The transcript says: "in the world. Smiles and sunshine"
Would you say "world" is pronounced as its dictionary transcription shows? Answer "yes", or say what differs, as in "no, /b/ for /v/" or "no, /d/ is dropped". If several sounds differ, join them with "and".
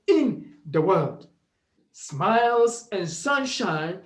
yes